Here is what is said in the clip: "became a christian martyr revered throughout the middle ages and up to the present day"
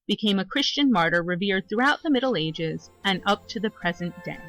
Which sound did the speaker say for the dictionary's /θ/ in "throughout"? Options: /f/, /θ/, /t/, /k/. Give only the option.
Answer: /θ/